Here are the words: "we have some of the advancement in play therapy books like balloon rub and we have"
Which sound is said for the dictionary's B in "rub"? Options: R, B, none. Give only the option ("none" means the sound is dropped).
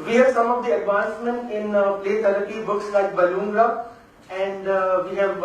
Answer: none